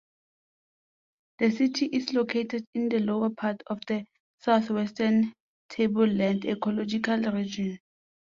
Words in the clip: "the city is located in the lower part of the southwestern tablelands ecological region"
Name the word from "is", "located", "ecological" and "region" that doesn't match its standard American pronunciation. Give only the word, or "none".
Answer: is